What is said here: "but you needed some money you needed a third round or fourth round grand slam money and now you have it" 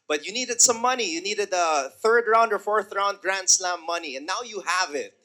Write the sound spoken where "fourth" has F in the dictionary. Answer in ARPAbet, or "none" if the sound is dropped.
F